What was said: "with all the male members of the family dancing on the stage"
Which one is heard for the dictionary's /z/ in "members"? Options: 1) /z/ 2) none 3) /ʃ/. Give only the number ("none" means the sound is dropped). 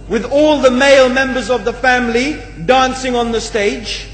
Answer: 1